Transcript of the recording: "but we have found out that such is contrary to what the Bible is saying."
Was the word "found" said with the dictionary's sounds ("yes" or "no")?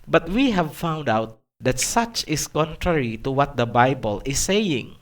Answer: yes